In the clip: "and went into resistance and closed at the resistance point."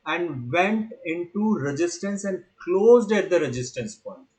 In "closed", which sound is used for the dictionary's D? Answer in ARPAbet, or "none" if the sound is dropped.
D